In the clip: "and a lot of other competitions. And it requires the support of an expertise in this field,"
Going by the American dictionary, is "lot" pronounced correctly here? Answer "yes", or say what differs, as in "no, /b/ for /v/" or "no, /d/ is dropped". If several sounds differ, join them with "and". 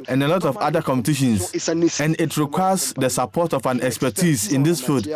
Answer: yes